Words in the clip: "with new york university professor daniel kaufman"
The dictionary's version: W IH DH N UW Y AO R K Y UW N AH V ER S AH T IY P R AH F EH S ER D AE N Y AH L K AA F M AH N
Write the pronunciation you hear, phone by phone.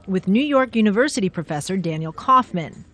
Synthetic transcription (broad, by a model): W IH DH N UW Y AO R K Y UW N AH V ER S AH T IY P R AH F EH S ER D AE N Y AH L K AA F M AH N